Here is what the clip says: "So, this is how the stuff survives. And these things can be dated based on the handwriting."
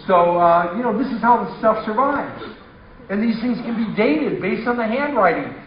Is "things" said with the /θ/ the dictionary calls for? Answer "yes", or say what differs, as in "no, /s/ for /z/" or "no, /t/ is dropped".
yes